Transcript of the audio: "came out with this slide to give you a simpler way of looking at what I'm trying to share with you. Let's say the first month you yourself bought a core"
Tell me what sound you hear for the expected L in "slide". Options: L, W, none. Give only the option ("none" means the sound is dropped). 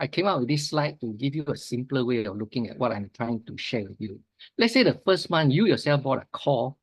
L